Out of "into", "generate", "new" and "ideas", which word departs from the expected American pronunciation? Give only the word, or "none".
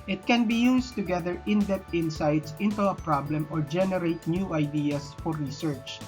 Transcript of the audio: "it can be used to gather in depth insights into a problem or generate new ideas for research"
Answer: ideas